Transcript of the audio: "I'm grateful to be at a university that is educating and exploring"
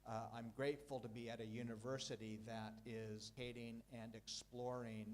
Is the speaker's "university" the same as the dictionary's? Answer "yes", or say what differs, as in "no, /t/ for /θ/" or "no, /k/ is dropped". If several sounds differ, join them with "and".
yes